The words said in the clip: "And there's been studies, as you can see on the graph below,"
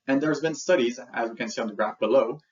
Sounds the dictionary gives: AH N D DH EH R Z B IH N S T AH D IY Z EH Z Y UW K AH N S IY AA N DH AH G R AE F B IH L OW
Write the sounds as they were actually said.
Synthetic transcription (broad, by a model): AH N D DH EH R Z B IH N S T AH D IY Z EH Z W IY K AH N S IY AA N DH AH G R AE F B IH L OW